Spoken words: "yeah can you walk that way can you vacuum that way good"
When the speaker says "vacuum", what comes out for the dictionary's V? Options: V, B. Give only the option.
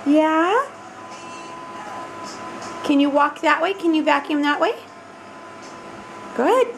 V